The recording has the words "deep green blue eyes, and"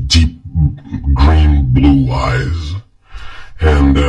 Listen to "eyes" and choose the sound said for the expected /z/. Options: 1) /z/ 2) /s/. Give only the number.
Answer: 1